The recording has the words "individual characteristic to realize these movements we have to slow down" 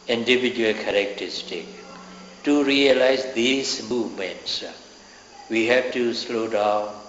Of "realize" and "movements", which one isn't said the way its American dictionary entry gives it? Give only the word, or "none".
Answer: none